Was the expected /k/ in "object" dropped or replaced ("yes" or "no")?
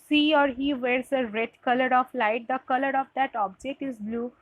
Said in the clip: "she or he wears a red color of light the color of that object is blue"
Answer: no